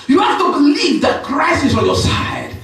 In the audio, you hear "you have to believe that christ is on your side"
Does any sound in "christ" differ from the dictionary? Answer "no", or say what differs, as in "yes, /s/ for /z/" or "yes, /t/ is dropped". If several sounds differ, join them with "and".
yes, /t/ is dropped